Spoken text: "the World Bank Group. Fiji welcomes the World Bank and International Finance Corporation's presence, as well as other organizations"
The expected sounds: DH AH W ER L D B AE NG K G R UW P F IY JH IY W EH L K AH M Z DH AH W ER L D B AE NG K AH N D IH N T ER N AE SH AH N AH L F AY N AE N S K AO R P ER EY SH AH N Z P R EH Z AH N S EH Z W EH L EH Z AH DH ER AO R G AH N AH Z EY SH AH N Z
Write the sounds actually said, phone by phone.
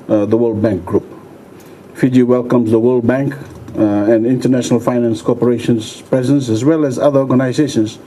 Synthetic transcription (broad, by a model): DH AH W ER L D B AE NG K G R UW P F IY JH IY W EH L K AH M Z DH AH W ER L D B AE NG K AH N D IH N T ER N AE SH AH N AH L F AY N AE N S K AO P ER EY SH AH N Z P R EH Z AH N S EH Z W EH L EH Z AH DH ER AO R G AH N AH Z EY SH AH N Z